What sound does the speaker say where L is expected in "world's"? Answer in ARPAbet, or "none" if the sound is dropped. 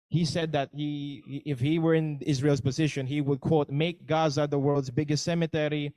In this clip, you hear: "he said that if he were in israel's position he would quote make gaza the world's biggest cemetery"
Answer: L